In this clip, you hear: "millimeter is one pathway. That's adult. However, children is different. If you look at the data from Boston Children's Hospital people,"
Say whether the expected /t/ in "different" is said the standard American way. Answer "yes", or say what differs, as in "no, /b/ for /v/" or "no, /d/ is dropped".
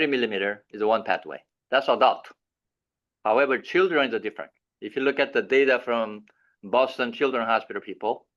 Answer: yes